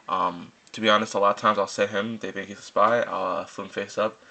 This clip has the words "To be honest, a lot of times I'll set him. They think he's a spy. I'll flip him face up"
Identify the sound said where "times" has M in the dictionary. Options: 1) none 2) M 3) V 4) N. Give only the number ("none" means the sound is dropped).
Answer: 2